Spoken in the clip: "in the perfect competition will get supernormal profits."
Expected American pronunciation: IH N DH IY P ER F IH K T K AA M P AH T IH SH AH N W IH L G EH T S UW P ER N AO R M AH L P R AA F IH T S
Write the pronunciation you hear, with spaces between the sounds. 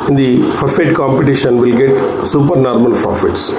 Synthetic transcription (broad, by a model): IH N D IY F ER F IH T K AA M P AH T IH SH AH N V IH L G EH T S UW P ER N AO R M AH L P R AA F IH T S